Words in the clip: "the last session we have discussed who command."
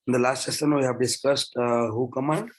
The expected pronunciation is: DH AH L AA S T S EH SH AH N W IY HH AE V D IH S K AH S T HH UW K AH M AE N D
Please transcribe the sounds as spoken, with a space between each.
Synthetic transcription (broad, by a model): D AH L AA S T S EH S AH N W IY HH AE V D IH S K AH S T HH UW K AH M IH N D